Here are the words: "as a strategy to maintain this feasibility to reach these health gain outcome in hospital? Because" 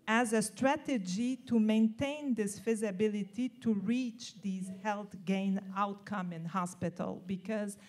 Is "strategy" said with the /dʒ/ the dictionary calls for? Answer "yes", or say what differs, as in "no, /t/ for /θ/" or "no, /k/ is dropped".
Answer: yes